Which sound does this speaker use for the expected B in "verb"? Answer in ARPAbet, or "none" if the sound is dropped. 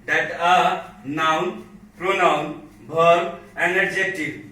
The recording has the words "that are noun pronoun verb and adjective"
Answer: none